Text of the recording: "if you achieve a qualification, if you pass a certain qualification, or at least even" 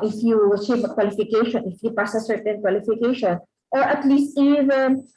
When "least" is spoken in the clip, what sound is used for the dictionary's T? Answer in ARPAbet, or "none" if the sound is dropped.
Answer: T